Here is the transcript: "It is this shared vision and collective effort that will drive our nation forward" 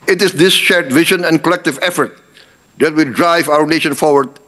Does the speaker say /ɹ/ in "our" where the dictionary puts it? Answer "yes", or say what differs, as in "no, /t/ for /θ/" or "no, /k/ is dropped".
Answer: yes